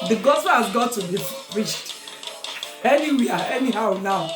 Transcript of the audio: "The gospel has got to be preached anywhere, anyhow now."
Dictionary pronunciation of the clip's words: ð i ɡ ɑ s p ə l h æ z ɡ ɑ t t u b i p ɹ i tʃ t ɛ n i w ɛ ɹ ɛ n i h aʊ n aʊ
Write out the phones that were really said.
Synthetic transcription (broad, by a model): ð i ɡ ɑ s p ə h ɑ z ɡ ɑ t t u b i f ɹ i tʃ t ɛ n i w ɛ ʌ ɛ n i h aʊ n aʊ